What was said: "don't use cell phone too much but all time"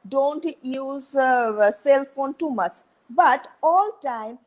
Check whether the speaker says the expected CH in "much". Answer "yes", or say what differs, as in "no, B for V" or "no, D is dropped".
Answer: no, S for CH